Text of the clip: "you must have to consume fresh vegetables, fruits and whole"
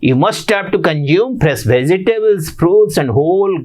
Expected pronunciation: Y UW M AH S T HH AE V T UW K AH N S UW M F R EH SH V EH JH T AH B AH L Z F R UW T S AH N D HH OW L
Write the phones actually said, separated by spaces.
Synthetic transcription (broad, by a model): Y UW M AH S T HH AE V T UW K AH N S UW M P R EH S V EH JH T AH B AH L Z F R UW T S AH N D HH OW L